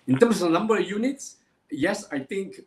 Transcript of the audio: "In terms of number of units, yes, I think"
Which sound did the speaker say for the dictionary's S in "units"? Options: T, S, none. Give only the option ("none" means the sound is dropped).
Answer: S